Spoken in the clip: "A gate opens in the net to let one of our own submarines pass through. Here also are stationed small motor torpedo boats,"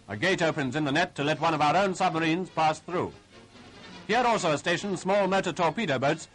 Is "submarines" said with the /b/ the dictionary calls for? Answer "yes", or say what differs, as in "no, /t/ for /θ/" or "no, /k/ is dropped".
yes